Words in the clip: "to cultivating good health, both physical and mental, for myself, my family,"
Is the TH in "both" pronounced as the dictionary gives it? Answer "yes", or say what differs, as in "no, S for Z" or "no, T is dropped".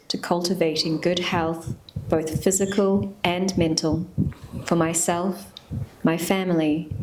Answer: yes